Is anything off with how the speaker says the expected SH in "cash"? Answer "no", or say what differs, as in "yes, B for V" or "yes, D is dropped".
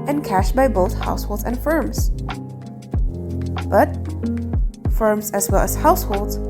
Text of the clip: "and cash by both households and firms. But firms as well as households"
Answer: no